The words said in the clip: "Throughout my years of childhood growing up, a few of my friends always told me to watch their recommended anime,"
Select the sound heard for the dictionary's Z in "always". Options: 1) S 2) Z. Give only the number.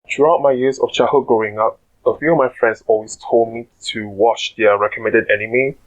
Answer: 1